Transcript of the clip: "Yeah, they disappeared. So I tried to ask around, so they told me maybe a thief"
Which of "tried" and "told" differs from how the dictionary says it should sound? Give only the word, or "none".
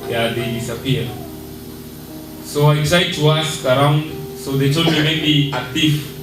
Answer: told